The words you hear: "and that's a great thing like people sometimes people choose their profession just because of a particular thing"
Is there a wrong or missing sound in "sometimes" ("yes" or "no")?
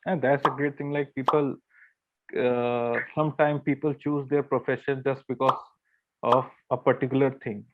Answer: yes